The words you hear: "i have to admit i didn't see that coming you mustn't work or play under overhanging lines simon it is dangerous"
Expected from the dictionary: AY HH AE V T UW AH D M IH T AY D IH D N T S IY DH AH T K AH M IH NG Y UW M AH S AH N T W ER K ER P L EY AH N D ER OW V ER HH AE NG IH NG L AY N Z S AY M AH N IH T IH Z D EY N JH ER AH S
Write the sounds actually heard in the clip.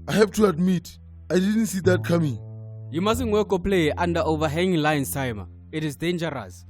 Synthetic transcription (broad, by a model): AY HH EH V T UW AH D M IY T AY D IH D N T S IY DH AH T K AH M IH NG Y UW M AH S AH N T W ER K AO P L EY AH N D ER OW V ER HH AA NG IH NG L AY N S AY M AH IH T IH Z D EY N JH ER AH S